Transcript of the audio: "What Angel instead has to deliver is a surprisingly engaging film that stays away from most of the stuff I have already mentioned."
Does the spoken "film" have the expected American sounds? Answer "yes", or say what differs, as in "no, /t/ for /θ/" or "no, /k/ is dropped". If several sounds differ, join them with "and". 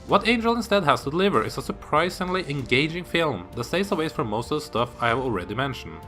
yes